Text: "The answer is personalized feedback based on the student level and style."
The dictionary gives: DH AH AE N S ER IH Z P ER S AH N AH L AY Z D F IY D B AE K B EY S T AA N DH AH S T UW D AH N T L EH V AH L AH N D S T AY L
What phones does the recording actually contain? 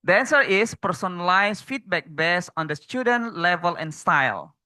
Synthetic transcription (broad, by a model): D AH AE N S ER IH S P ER S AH N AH L AY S F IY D B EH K B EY S AA N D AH S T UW D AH N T L EH V AH L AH N S T AY L